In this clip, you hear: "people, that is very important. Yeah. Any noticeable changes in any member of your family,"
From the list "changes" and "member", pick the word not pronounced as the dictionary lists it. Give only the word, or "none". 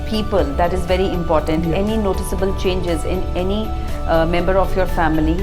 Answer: none